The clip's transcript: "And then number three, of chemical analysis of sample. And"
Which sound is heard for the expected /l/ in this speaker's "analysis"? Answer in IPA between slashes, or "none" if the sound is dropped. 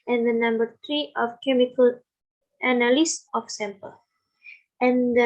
/n/